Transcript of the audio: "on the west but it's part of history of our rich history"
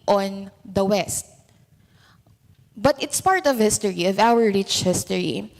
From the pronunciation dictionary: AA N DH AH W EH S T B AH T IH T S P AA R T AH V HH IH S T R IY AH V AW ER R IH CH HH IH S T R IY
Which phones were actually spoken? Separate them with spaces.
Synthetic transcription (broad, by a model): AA N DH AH W EH S T B AH T IH T S P AA R T AH V HH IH S T R IY AH V AW ER R IH CH HH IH S T R IY